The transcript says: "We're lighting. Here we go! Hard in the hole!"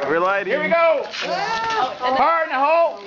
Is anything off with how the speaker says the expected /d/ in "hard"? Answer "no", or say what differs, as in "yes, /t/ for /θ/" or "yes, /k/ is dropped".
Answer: yes, /d/ is dropped